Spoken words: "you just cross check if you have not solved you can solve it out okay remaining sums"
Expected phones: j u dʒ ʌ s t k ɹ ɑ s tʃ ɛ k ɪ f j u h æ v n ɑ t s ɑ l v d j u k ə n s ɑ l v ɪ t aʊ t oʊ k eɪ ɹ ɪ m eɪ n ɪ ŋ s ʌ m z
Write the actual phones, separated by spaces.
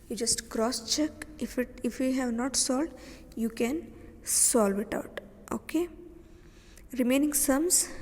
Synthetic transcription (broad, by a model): j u dʒ ʌ s t k ɹ ɑ s tʃ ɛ k ɪ f j u h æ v n ɑ t s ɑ l d j u k ə n s ɑ l v ɪ t aʊ t oʊ k eɪ ɹ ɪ m eɪ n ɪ ŋ s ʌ m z